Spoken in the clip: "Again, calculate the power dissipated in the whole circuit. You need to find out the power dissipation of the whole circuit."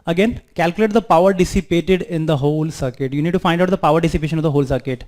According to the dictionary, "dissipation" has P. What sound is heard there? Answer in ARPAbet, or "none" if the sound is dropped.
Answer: P